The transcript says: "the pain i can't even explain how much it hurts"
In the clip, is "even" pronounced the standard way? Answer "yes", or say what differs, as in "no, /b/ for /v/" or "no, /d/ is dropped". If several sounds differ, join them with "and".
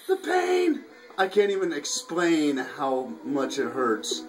yes